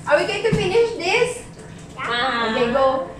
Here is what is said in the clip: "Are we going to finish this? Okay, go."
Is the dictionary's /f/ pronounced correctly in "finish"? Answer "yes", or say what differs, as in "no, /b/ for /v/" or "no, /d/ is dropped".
yes